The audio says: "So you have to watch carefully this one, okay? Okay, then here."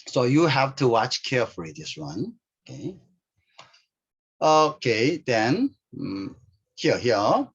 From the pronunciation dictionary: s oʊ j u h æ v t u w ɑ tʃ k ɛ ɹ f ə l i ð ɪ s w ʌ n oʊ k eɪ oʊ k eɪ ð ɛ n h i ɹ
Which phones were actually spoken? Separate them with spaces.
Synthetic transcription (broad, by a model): s oʊ j u h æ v t u w ɑ tʃ k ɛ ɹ f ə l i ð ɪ s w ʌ n oʊ k eɪ oʊ k eɪ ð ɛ n h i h